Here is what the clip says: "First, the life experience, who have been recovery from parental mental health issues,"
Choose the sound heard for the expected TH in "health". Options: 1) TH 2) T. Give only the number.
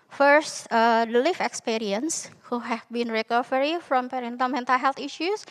2